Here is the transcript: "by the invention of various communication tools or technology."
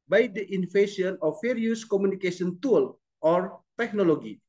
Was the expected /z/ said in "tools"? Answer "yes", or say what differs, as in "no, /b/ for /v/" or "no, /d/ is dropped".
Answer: no, /z/ is dropped